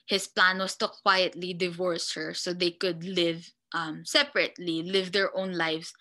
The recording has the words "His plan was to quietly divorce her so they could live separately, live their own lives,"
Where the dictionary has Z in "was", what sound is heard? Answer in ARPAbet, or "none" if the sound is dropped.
S